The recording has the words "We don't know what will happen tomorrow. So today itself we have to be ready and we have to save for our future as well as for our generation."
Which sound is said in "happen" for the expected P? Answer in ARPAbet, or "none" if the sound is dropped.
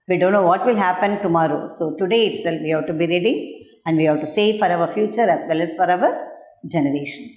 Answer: P